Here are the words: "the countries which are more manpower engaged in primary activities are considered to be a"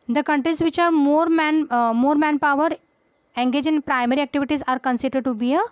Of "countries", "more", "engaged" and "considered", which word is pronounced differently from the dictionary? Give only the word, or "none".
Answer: engaged